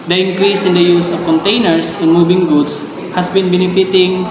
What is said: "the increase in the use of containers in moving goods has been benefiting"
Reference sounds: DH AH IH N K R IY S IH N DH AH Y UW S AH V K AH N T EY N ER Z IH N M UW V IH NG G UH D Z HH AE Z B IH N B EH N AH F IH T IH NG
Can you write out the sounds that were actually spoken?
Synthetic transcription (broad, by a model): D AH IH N K R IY S IH N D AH Y UW S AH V K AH N T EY N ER S IH N M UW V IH NG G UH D S HH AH S B IH N B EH N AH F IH T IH NG